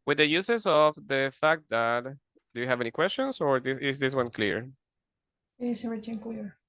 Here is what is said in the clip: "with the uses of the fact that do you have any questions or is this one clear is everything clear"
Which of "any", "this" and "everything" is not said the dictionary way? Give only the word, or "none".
everything